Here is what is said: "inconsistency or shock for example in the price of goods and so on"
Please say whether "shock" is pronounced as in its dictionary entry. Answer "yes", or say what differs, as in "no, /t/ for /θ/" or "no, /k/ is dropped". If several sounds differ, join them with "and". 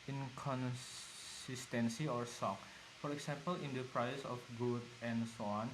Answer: no, /s/ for /ʃ/